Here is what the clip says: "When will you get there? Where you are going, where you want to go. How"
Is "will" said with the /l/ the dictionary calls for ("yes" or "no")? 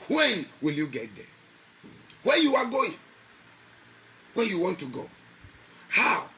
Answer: yes